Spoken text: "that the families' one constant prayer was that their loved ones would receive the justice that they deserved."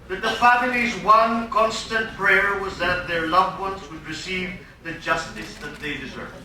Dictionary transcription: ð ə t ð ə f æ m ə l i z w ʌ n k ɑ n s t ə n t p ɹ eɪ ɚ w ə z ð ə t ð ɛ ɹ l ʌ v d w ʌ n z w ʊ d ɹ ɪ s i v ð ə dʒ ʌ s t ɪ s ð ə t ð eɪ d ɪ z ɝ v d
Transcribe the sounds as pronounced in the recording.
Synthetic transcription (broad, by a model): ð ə t ð ə f æ m ə l i z w ʌ n k ɑ n s t ə n t p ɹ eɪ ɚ w ə z ð ə t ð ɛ ɹ l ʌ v w ʌ n z w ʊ d ɹ ɪ s i v ð ə dʒ ʌ s t ɪ s ð ə t ð eɪ d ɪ z ɝ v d